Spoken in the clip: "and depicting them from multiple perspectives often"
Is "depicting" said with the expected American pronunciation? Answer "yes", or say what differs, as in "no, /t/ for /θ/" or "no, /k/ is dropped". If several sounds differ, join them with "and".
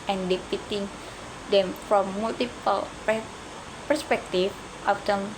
no, /k/ is dropped